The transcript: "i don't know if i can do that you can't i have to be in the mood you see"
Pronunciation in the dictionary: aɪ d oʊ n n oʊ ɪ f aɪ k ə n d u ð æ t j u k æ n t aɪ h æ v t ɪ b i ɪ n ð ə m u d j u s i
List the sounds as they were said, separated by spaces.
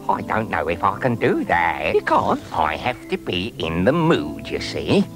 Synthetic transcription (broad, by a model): aɪ d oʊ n n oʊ ɪ f aɪ k ə n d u ð æ t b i k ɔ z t aɪ h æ f t ɪ b i ɪ n ð ə m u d j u s i